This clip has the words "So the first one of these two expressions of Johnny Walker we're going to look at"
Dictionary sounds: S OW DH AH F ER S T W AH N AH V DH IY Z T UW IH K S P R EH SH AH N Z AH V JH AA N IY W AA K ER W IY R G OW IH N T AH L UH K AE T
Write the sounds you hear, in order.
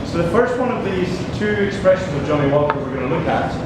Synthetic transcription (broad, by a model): S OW DH AH F ER S T W AH N AH V DH IY Z T UW IH K S P R EH SH AH N Z AH V JH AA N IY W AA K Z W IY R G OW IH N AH L UH K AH T